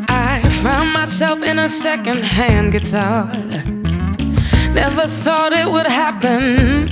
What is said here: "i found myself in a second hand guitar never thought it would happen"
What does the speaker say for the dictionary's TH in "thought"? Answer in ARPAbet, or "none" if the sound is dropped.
TH